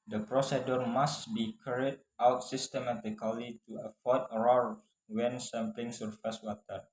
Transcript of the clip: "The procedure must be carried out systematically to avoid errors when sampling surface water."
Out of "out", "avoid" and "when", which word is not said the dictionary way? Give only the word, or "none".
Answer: avoid